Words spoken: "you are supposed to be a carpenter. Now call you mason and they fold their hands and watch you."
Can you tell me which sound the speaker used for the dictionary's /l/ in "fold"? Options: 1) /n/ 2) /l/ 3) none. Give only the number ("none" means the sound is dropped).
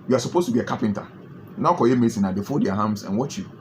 3